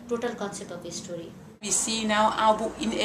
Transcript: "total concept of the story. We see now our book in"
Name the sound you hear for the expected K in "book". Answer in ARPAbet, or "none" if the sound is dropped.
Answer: none